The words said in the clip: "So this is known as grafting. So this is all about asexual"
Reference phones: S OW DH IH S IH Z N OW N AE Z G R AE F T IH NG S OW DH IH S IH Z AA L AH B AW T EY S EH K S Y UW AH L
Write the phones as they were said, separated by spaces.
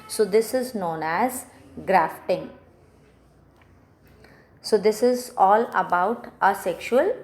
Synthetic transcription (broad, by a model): S OW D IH S IH Z N OW N AE Z G R AE F T IH NG S OW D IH S IH Z AA L AH B AW T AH S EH K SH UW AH L